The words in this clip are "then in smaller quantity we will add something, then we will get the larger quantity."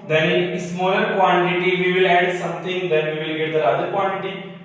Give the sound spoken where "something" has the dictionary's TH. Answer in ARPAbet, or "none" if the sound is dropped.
T